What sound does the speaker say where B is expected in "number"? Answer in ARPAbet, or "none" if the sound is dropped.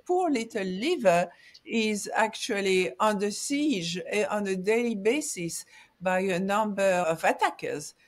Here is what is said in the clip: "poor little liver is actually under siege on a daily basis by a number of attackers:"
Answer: B